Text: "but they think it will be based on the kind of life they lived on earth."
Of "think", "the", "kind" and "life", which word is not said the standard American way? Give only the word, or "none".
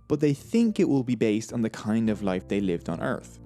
none